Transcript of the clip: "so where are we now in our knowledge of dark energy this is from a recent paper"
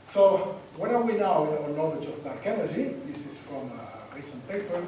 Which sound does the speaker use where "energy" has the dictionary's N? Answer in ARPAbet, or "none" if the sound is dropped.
L